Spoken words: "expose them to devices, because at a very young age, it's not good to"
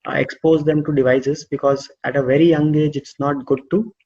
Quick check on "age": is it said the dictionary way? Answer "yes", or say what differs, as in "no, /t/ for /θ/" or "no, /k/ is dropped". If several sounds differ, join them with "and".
yes